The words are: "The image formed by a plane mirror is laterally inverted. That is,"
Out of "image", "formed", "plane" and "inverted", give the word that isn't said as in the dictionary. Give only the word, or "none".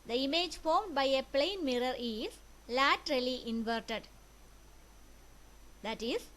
none